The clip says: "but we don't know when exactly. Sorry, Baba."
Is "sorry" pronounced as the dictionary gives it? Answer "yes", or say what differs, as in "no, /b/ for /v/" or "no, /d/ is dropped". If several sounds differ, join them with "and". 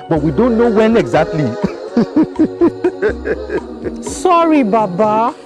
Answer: yes